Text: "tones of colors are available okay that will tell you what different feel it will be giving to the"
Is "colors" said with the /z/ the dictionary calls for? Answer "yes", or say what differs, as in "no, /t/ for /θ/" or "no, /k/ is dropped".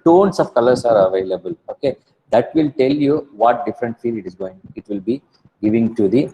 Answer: no, /s/ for /z/